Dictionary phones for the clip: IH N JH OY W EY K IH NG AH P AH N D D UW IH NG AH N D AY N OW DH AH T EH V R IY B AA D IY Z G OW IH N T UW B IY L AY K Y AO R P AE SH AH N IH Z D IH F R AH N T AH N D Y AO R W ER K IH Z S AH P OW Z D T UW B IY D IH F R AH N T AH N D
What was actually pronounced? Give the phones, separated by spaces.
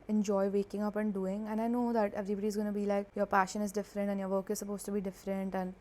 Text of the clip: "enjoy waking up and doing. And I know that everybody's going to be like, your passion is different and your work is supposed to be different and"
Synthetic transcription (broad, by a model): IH N JH OY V EY K IH NG AH P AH N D D UW IH NG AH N AY N OW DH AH T EH V R IY B AA D IY Z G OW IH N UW B IY L AY K Y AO R P AE SH AH N IH Z D IH F R AH N T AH N Y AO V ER K IH Z S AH P OW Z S T UW B IY D IH F R AH N T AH N